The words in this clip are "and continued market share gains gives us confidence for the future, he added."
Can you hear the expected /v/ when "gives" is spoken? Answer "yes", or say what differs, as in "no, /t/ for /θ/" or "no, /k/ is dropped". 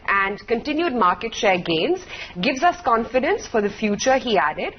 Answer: yes